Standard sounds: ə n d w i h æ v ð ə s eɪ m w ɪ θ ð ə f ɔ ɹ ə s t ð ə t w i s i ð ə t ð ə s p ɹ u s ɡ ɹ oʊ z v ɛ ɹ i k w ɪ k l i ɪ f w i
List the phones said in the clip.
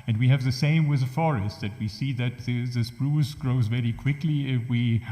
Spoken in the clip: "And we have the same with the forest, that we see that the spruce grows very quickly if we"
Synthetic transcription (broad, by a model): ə n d w i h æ v ð ə s eɪ m w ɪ ð ə f ɔ ɹ ə s t ð ə t w i s i ð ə t ð ə s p ɹ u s ɡ ɹ oʊ z v ɛ ɹ i k w ɪ k l i ɪ f w i